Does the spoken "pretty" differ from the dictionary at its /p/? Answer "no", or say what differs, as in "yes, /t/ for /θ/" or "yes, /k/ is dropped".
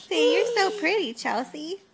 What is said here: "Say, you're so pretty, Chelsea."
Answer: no